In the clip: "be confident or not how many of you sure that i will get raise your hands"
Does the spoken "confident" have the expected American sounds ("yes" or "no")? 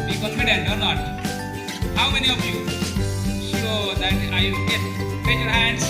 no